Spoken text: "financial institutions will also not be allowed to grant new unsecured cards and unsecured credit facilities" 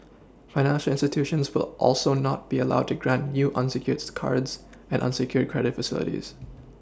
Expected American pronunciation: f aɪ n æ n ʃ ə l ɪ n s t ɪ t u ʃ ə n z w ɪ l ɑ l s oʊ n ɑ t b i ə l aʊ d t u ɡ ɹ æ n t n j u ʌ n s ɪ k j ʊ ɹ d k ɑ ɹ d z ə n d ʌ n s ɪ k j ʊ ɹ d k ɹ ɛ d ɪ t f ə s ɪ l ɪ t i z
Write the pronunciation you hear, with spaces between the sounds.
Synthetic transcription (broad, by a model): f aɪ n æ n ʃ ə l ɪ n s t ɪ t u ʃ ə n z w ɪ l ɑ l s oʊ n ɑ t b i ə l aʊ d t u ɡ ɹ æ n t n j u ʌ n s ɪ k j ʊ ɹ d k ɑ ɹ d z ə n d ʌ n s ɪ k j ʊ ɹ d k ɹ ɛ d ɪ t f ə s ɪ l ɪ t i z